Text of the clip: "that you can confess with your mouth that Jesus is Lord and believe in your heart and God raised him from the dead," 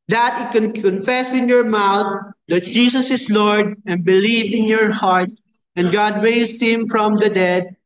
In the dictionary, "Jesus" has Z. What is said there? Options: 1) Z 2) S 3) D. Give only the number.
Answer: 2